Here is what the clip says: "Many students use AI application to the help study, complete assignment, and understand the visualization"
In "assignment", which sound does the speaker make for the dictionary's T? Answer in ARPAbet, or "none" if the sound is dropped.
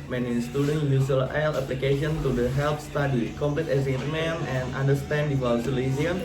none